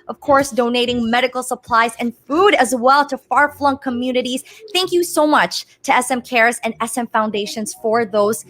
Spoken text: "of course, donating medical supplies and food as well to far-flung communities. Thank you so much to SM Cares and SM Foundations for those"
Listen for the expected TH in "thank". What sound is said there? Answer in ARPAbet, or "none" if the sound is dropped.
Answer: TH